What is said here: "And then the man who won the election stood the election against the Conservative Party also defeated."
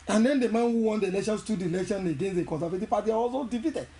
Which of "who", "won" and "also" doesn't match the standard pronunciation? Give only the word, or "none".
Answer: also